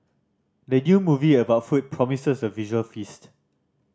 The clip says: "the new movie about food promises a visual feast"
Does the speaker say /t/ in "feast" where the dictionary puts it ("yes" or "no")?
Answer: yes